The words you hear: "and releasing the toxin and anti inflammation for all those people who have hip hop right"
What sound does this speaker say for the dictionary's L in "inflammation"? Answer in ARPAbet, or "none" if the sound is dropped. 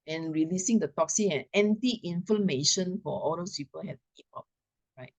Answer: none